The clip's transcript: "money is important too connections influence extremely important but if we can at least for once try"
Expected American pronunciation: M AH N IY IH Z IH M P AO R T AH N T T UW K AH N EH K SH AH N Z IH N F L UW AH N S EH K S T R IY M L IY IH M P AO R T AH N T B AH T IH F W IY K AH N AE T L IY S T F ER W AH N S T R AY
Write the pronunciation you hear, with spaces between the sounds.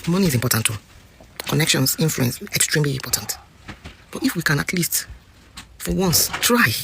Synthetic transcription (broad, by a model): M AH N IY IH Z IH M P AO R T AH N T T UW K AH N EH K SH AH N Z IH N F L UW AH N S EH K S T R IY M L IY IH M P AO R T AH N T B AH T IH F W IY K AH N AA T L IY S T F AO W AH N S T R AY